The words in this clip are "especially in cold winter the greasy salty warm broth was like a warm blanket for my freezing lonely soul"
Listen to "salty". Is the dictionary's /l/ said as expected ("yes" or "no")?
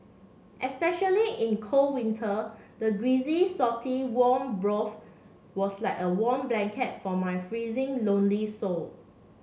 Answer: no